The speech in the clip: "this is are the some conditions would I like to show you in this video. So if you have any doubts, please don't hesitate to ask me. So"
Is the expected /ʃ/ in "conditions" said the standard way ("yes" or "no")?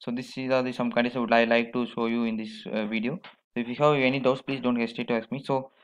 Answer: no